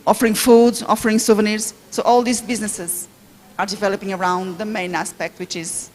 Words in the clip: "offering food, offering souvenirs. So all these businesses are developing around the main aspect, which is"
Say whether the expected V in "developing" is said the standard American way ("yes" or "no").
yes